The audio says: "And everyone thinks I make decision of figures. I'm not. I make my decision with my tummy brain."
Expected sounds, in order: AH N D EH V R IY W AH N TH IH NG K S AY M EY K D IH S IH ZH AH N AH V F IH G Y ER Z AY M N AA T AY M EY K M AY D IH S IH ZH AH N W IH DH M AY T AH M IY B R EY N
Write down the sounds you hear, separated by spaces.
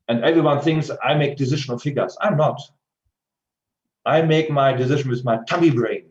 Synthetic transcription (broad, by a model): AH N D EH V R IY W AH N TH IH NG K S AY M EY K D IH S IH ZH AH N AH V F IH G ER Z AY M N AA T AY M EY K M AY D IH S IH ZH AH N W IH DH M AY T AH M IY B R EY N